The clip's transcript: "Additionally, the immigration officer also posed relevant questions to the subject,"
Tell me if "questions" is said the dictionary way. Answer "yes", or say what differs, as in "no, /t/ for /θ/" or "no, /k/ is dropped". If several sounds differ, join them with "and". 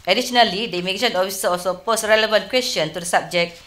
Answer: no, /z/ is dropped